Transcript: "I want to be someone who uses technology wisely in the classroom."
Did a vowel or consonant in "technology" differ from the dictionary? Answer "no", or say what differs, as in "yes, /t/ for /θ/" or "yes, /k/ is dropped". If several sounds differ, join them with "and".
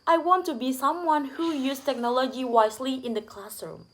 no